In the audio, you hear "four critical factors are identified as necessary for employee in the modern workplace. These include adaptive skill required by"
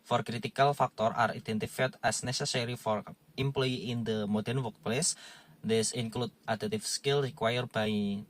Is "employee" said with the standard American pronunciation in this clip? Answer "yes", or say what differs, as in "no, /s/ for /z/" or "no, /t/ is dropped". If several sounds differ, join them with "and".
yes